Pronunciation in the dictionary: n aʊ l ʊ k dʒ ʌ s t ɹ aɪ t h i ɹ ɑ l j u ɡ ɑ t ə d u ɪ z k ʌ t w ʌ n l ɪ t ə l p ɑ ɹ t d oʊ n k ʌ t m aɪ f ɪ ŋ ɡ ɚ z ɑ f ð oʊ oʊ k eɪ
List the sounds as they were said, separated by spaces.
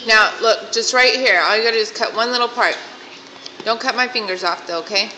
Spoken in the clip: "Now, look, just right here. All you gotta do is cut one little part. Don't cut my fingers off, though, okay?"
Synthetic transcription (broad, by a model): n aʊ l ʊ k dʒ ʌ s t ɹ aɪ t h i ɹ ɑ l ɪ ɡ ɑ t ə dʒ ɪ s k ʌ t w ʌ n l ɪ t l p ɑ ɹ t d oʊ n k ʌ t m aɪ f ɪ ŋ ɡ ɚ z ɑ f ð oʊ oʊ k eɪ